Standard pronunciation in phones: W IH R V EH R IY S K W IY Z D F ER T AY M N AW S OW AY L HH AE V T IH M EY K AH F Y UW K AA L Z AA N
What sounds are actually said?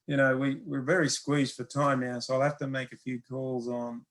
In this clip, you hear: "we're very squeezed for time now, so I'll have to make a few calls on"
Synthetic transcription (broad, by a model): W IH R V EH R IY S K W IY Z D F ER T AY M N AW S OW AY L HH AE F T IH M EY K AH F Y UW K AA L Z N